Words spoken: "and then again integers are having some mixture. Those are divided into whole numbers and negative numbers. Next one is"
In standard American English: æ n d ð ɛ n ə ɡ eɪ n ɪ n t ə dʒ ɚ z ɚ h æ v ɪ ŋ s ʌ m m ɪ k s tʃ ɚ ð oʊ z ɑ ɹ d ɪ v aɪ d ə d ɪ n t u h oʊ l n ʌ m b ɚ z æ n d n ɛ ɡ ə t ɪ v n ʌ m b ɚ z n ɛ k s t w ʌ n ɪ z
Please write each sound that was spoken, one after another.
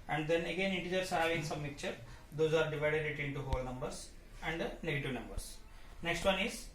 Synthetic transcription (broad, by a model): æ n d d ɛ n ə ɡ eɪ n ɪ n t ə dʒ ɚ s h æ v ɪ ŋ s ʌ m m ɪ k tʃ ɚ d oʊ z ɑ ɹ d ɪ v aɪ d ə d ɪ n t u h oʊ l n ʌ m b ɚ s æ n d n ɛ ɡ ə t ɪ v n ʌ m b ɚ s n ɛ k s t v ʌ n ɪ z